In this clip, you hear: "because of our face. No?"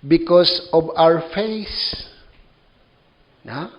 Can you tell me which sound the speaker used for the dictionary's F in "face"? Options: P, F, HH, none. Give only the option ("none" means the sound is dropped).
F